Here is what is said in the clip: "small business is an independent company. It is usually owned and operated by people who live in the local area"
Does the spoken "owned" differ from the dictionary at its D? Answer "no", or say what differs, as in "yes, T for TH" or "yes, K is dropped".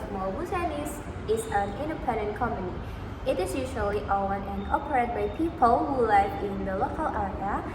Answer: yes, D is dropped